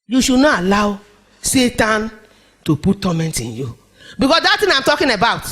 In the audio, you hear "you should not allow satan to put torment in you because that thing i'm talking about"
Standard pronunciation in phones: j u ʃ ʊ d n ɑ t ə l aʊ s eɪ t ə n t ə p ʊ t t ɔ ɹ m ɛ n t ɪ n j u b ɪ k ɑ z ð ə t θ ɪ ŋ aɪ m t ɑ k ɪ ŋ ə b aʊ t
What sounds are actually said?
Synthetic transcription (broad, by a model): j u ʃ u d n ɑ t ə l aʊ s eɪ t ə n t ə p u t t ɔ m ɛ n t ɪ n j u b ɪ k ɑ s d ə t t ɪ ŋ aɪ m t ɑ k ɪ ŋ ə b aʊ t